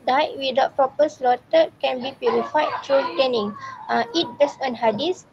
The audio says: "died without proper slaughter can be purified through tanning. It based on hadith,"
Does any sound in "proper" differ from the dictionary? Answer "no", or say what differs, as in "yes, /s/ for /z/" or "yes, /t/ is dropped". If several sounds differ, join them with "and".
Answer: yes, /ɹ/ is dropped